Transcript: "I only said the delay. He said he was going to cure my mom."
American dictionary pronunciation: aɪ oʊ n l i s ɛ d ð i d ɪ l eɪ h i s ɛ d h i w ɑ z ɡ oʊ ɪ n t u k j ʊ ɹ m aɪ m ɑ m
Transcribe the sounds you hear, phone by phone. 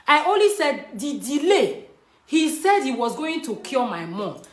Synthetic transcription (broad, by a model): aɪ oʊ n l i s ɛ d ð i d ɪ l eɪ h i s ɛ d h i w ɑ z ɡ oʊ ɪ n t u k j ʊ l m aɪ m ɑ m